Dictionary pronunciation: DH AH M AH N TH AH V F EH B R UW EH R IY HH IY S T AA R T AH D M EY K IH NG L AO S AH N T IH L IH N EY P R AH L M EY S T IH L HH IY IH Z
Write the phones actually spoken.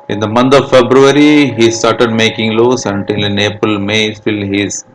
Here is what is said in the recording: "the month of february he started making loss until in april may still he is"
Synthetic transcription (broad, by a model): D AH M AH N T AH V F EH B R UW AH R IY HH IY S T AA R T AH D M EY K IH NG L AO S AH N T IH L N EY P AH L M EY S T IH L HH IY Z